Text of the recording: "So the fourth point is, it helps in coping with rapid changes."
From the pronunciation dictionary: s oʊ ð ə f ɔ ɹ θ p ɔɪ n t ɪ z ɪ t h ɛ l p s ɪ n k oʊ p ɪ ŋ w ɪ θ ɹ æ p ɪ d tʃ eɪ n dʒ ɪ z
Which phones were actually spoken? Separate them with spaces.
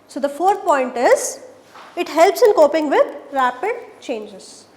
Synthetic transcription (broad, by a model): s oʊ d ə f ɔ ɹ t p ɔɪ n t ɪ z ɪ t h ɛ l p s ɪ n k oʊ p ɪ ŋ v ɪ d ɹ æ p ɪ d tʃ eɪ n dʒ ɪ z